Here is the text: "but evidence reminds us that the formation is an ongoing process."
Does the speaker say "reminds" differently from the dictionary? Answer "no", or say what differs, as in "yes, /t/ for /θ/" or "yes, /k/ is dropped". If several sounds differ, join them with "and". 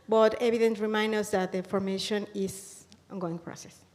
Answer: yes, /z/ is dropped